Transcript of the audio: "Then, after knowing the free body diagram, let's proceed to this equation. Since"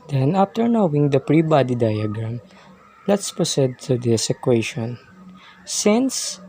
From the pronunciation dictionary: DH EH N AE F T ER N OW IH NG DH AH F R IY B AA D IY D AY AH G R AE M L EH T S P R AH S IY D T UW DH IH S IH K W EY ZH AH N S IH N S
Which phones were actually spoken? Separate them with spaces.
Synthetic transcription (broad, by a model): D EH N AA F T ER N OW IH NG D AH P R IY B AA D IY D AY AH G R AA M L EH T S P R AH S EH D T UW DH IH S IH K W EY SH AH N S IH N S